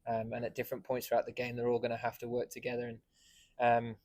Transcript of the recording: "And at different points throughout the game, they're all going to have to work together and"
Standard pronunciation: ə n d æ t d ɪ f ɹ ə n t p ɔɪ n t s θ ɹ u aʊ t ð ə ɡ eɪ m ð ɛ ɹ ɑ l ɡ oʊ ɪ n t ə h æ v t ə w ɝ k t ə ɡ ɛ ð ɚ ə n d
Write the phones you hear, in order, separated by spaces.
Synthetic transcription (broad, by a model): ə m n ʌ t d ɪ f ɹ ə n p ɔɪ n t s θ ɹ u aʊ t ð ə ɡ eɪ m ð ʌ ɹ ɑ l ɡ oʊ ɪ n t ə h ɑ f t ə w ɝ k t ə ɡ ɛ ð ɚ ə n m